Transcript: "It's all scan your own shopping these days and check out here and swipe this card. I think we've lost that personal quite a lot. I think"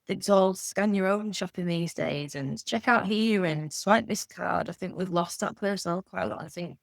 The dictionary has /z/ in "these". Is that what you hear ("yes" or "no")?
yes